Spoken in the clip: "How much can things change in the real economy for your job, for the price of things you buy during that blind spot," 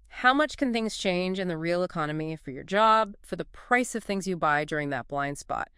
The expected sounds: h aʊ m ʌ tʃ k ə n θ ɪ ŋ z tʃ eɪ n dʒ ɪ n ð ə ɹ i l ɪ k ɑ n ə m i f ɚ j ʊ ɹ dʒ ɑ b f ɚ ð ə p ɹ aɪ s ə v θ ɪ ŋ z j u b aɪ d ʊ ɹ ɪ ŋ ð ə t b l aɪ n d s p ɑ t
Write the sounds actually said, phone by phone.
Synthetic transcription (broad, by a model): h aʊ m ʌ tʃ k ə n θ ɪ ŋ z tʃ eɪ n dʒ ɪ n ð ə ɹ i l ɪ k ɑ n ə m i f ɚ j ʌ ɹ dʒ ɑ b f ɚ ð ə p ɹ aɪ s ə v θ ɪ ŋ z j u b aɪ d ʊ ɹ ɪ ŋ ð ə t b l aɪ n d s p ɑ t